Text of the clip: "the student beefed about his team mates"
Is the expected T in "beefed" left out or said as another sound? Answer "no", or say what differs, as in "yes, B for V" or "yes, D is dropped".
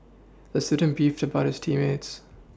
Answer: no